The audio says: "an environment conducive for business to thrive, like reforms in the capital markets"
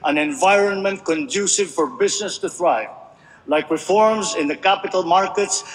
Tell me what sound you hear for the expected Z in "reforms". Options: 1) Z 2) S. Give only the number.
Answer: 1